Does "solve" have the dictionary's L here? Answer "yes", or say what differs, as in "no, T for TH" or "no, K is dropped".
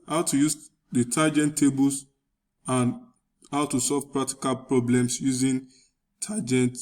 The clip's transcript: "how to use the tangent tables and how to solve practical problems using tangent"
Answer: yes